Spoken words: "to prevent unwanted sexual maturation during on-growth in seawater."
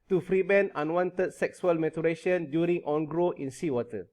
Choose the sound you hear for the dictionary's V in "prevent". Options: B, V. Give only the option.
B